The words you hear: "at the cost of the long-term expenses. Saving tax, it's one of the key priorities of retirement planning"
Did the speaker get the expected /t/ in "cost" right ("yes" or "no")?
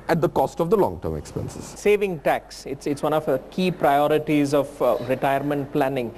yes